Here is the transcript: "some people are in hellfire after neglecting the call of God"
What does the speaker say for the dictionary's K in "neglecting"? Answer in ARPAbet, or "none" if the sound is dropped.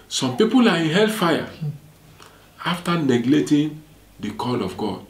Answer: none